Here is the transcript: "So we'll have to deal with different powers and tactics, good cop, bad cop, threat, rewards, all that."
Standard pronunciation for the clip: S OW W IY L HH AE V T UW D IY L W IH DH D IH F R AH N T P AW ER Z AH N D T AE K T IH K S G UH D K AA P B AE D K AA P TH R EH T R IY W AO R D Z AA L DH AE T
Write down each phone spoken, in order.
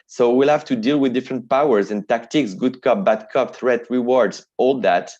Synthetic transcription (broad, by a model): S OW W IY L HH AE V T UW D IY L W IH DH D IH F R AH N T P AW ER Z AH N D T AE K T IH K S G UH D K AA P B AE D K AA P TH R EH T R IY W AO R D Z AA L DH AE T